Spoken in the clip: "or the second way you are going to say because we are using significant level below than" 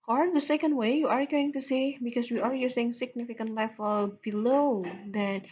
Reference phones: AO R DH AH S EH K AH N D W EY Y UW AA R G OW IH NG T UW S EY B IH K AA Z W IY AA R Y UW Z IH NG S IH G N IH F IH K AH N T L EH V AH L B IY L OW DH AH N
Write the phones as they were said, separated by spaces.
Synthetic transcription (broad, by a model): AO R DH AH S EH K AH N D W EY Y UW AA R G OW IH NG T UW S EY B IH K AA S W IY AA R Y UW S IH NG S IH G N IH F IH K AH N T L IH F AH L B IY L OW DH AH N